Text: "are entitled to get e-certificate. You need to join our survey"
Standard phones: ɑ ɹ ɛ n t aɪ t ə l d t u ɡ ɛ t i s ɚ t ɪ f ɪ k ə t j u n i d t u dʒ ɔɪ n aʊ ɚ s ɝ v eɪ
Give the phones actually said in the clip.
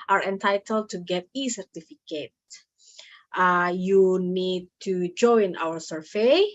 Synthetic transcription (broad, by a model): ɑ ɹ ɛ n t aɪ t ə l d t u ɡ ɛ t i s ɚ t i f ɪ k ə t j u n i d t u dʒ ɔɪ n aʊ ɚ s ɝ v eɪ